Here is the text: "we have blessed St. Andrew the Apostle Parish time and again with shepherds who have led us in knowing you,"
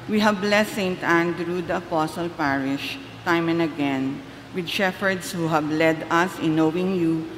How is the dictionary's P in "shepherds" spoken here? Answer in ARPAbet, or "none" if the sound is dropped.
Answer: F